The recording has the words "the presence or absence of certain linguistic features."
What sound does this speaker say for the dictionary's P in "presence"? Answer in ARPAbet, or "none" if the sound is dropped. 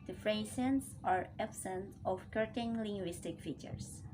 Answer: F